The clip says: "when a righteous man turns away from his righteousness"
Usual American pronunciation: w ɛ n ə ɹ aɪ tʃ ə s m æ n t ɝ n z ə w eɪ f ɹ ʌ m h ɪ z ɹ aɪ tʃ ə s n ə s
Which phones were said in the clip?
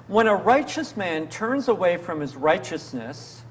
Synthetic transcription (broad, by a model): w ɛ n ə ɹ aɪ tʃ ə s m æ n t ɝ n z ə w eɪ f ɹ ʌ m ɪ z ɹ aɪ tʃ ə s n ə s